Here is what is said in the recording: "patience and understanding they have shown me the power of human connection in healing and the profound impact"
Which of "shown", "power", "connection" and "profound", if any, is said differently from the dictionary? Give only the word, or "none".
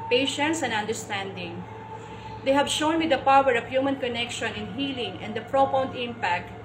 profound